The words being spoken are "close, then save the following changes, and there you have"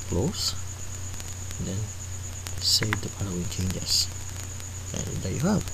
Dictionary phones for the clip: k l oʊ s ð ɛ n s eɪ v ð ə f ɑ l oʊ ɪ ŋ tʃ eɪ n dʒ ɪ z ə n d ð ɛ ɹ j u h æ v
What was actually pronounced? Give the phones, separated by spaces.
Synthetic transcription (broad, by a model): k l oʊ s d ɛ n s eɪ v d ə p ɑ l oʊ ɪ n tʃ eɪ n dʒ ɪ s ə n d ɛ j u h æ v